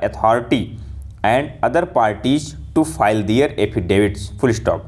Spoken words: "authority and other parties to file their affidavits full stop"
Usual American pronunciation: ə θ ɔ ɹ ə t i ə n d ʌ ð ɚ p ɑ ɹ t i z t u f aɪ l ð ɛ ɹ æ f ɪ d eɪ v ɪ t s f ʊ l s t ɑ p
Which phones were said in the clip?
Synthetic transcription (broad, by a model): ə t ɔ ɹ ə t i ə n d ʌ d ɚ p ɑ ɹ t i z t u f aɪ l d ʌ ɹ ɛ p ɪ d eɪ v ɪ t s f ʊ l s t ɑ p